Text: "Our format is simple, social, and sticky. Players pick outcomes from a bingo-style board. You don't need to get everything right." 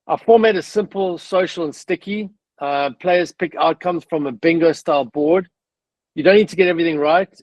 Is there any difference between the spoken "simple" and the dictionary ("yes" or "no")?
no